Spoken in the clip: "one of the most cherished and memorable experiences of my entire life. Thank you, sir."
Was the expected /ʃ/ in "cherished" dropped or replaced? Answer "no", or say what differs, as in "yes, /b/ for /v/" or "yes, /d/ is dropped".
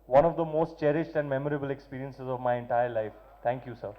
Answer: no